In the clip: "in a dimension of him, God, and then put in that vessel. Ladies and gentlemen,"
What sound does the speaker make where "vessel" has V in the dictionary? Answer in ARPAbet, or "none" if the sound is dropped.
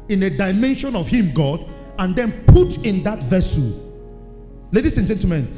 V